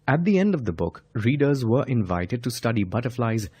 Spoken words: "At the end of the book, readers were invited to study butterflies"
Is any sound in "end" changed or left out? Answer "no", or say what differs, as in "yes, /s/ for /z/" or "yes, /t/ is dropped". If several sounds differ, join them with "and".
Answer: no